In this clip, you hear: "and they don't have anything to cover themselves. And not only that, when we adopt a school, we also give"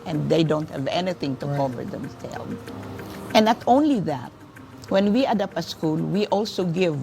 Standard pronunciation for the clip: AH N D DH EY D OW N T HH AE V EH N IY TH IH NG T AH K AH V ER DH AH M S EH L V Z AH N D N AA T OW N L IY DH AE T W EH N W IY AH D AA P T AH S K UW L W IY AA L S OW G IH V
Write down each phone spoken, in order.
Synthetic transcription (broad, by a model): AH N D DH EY D OW N T HH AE V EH N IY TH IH NG T AH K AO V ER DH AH M S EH L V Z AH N N AA T OW N L IY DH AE T W EH N W IY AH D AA P AH S K UW L W IY AA L S OW G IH V